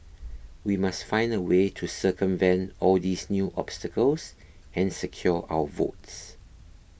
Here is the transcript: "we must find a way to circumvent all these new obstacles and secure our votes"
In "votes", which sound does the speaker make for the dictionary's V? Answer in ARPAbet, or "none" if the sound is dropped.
V